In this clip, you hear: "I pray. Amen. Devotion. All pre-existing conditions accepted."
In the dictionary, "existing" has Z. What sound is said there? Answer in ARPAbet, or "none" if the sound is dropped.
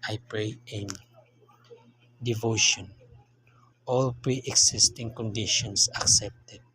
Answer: S